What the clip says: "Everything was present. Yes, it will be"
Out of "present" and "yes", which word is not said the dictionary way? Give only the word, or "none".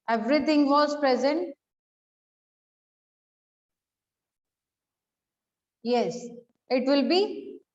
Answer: none